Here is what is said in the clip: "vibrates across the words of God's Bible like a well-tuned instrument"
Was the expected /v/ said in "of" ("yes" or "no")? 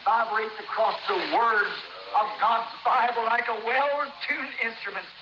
yes